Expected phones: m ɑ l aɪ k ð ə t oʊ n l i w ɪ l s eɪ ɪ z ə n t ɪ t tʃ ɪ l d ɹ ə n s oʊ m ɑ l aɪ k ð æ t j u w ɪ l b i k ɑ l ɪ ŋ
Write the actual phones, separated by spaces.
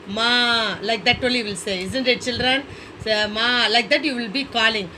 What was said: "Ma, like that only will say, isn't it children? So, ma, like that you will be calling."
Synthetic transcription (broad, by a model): m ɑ l aɪ k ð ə t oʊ l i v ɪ l s eɪ ɪ z ə n t ɪ t tʃ ɪ l d ɹ ə n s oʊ m ɑ l aɪ k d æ t j u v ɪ l b i k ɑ l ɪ ŋ